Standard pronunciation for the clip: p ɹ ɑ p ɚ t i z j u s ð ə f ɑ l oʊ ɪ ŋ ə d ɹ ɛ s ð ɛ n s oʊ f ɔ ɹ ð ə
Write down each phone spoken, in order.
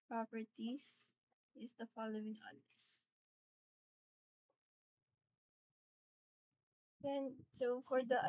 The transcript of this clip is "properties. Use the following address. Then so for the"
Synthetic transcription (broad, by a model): p ɹ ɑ p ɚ t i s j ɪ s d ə f ɑ l oʊ ɪ ŋ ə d ɛ s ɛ n s oʊ f ɔ ɹ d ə